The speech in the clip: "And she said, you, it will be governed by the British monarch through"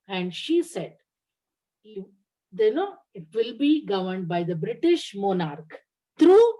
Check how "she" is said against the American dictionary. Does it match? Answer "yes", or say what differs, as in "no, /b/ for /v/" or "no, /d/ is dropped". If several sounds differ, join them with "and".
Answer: yes